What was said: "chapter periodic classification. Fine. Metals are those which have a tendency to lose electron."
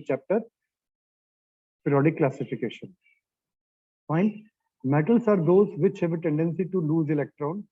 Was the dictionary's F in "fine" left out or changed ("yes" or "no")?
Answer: yes